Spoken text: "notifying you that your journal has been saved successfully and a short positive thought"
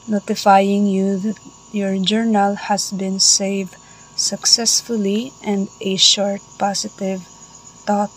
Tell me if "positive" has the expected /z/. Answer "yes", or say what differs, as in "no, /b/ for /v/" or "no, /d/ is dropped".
no, /s/ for /z/